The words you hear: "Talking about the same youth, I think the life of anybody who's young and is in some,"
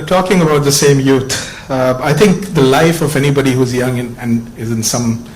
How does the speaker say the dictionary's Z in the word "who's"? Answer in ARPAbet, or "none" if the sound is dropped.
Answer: Z